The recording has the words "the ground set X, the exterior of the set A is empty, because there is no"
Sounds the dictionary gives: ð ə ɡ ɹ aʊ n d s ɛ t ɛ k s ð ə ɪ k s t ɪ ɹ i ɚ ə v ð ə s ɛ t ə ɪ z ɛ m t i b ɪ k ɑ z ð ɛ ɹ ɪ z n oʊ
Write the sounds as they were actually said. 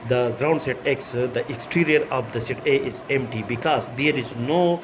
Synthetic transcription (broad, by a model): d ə ɡ ɹ aʊ n d s ɛ t ɛ k s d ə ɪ k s t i ɹ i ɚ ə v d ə s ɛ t ə ɪ z ɛ m t i b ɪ k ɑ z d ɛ ɹ ɪ z n oʊ